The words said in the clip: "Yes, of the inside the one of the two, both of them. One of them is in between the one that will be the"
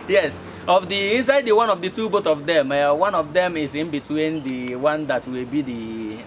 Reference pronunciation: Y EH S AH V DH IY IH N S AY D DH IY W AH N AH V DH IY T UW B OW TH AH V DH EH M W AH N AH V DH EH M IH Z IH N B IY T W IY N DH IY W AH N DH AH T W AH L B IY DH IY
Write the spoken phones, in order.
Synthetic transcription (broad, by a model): Y EH S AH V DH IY IH N S AY D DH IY W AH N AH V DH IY T UW B OW T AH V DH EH M W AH N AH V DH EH M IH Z IH N B IY T W IY N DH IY W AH N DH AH T W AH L B IY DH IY